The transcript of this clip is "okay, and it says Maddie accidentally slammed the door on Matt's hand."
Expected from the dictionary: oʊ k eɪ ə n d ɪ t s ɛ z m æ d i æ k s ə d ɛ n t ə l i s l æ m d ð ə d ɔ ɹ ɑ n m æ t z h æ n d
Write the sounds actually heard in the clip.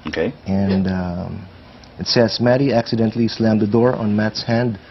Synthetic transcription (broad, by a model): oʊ k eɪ ə n d ɪ t s ɛ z m æ d i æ k s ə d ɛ n t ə l i s l æ m d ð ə d ɔ ɹ ɑ n m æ t s h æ n d